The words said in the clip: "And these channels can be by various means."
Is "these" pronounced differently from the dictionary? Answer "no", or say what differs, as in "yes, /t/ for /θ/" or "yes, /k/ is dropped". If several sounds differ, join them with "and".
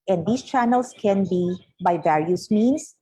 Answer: yes, /s/ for /z/